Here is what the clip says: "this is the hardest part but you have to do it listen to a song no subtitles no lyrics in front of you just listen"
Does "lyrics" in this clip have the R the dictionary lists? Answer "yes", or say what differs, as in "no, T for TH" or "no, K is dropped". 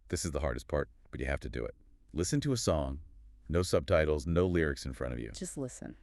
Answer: yes